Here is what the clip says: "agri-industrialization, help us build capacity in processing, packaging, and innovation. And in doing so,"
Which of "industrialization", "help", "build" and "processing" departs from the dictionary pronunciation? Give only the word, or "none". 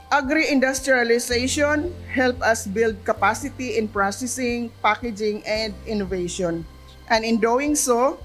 industrialization